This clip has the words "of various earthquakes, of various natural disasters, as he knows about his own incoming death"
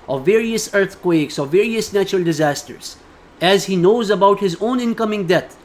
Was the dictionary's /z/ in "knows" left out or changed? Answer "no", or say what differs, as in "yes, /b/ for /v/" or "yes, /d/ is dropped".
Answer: no